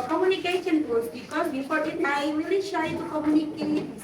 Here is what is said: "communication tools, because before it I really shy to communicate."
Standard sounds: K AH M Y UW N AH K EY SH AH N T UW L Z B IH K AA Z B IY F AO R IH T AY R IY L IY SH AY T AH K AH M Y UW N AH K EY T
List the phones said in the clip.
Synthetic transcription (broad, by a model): K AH M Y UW N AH K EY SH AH N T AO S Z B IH K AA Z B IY P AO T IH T AY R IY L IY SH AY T K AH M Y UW N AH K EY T